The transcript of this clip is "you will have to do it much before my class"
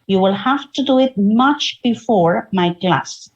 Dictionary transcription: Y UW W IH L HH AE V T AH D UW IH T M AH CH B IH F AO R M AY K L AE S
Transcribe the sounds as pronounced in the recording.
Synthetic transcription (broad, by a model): Y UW W IH L HH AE F T AH D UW IH T M AH CH B IH F AO R M AY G L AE S